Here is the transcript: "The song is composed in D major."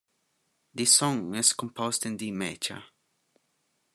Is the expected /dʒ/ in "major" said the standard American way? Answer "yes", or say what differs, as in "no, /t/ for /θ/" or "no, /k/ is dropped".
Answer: no, /tʃ/ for /dʒ/